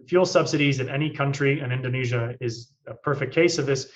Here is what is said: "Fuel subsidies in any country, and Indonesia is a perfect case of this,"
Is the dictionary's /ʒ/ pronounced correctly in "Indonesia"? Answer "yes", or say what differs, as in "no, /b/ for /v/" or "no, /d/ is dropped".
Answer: yes